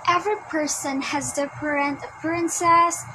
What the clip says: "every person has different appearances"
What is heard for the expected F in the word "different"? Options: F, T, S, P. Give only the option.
P